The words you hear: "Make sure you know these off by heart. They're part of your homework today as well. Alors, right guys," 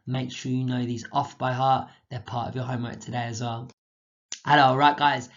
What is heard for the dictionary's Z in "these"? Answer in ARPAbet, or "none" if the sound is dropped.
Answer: Z